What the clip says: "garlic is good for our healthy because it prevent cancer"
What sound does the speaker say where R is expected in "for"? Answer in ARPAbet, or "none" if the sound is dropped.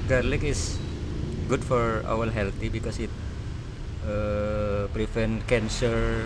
R